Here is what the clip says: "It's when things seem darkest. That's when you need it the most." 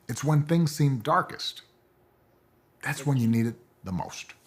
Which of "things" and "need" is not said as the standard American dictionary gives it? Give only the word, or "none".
none